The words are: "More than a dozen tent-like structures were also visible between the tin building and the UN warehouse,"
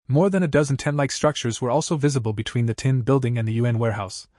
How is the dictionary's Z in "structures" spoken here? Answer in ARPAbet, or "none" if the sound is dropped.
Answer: Z